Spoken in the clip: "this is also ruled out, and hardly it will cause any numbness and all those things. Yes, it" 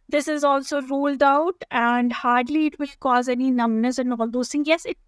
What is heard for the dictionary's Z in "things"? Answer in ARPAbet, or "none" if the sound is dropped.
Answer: none